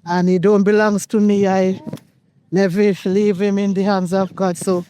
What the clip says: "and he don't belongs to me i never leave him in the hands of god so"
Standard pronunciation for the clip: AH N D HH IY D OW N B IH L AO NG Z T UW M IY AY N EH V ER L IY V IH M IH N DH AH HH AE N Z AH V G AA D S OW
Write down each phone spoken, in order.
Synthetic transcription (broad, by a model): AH N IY D OW N B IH L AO NG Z T UW M IY AY L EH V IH L IY V IH M IH N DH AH HH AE N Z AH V G AA D S OW